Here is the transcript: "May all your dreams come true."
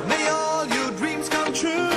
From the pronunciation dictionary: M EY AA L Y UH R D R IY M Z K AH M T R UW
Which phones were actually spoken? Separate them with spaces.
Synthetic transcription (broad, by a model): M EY AA L Y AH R D R IY M Z K AH M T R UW